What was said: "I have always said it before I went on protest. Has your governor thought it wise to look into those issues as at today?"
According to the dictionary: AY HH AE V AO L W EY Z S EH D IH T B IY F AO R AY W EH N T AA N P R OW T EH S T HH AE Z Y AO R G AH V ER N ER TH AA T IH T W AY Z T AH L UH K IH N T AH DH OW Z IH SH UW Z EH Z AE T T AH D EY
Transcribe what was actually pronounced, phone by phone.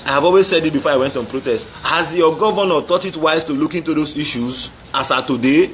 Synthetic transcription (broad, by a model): AY HH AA V AO L W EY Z S EH D IH T B IY F AO AY W EH N T AA N P R OW T EH S T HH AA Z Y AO G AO V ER N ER T AA T IH T W AY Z T AH L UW K IH N T AH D OW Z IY SH UW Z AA S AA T T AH D EY